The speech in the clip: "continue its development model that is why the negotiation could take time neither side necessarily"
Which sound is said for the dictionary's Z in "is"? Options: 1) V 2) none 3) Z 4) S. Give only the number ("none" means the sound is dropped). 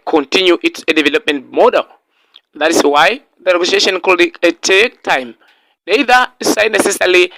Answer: 4